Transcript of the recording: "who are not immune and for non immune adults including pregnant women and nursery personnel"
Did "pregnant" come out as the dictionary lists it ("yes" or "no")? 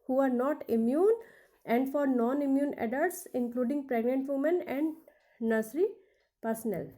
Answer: yes